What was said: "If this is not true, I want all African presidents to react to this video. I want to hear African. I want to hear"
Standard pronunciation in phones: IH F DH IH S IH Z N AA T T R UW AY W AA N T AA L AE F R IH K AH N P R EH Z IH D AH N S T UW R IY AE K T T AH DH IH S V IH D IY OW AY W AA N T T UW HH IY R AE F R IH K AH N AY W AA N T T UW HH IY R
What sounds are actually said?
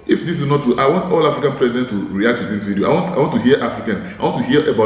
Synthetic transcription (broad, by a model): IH F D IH S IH S N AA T T UW AY W AA N T AA L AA F R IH K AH N P R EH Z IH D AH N T UW R IY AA K T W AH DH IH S V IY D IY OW AY W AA N T T UW HH IY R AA F R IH K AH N AY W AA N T T UW HH IY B